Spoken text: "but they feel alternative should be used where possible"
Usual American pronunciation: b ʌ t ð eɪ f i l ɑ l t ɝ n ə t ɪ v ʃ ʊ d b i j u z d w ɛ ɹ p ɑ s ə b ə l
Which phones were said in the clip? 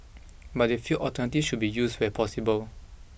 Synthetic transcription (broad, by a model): b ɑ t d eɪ f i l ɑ t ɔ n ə t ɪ ʃ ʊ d b i j u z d w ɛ p ɑ s ə b ə l